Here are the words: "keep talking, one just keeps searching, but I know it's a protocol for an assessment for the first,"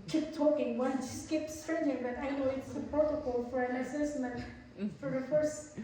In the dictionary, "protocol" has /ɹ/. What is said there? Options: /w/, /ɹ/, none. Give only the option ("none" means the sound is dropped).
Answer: none